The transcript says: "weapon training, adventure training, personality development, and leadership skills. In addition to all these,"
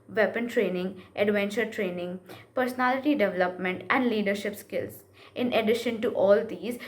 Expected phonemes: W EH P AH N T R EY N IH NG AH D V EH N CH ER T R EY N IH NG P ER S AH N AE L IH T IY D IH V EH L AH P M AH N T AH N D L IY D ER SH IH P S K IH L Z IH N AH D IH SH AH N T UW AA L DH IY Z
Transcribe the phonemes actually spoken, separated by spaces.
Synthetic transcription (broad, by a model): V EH P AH N T R EY N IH NG AH D V EH N CH ER T R EY N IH NG P ER S AH N AE L IH T IY D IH V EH L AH P M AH N T AH N D L IY D ER SH IH P S K IH L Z IH N AH D IH SH AH N T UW AA L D IY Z